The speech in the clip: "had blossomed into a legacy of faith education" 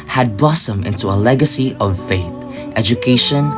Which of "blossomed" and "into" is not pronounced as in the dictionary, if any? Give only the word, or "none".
blossomed